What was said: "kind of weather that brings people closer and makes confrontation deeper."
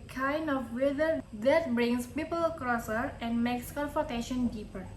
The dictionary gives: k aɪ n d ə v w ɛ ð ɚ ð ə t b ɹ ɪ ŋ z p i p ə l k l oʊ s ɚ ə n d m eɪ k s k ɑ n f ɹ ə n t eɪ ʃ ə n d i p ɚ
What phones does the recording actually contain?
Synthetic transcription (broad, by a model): k aɪ n d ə f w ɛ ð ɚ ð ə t b ɹ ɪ ŋ s p i p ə l k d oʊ s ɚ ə n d m eɪ k s k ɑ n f ə t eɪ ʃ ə n d i p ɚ